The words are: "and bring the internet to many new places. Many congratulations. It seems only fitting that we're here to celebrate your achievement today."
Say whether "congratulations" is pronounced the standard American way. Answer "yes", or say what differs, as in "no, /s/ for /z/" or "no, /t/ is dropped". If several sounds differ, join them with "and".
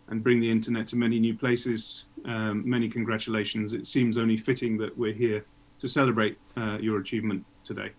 yes